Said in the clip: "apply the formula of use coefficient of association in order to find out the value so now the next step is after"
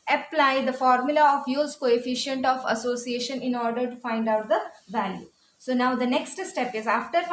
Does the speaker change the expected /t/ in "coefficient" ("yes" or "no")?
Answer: no